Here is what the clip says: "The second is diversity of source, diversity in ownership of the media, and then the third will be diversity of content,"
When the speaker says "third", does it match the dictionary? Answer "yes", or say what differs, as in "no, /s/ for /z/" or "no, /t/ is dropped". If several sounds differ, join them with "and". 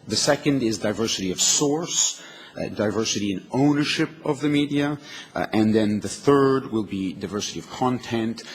yes